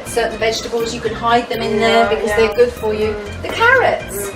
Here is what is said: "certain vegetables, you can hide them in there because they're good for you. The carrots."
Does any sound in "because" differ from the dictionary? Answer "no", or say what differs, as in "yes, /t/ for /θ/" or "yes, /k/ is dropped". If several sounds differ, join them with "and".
no